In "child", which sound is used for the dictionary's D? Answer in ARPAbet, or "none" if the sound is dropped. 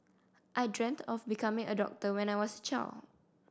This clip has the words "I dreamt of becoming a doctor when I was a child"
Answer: none